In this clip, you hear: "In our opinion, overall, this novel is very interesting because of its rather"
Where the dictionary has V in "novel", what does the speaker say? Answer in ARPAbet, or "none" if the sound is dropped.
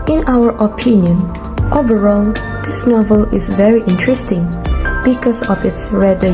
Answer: V